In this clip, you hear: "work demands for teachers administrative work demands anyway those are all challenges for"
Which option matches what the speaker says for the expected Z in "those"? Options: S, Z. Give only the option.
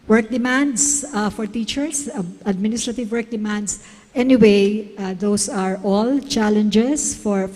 S